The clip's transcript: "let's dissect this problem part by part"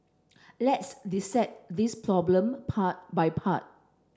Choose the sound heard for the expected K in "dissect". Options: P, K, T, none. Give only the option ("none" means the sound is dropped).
none